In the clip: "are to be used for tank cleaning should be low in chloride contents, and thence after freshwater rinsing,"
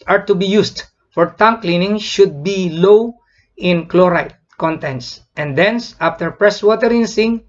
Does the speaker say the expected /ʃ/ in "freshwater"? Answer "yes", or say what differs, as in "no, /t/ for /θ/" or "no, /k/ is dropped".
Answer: no, /s/ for /ʃ/